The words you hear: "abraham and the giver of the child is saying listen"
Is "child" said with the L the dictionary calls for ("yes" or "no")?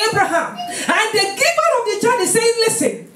no